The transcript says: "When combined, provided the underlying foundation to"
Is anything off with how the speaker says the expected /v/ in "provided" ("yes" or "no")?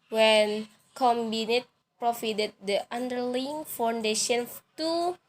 yes